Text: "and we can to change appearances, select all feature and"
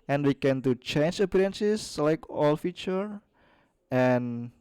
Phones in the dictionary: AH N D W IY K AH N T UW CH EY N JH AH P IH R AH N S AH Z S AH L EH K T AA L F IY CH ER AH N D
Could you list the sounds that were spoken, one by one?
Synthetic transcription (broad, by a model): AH N W IY K AH N T UW CH EY N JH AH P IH R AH N S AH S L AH IH K AA L F IY CH ER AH N